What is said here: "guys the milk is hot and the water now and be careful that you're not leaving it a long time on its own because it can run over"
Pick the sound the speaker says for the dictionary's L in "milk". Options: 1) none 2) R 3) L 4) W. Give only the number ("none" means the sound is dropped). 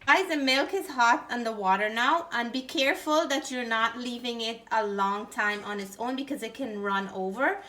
3